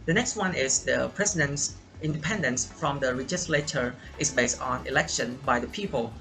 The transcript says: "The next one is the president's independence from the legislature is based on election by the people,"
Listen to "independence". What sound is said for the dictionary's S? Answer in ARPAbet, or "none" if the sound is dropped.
S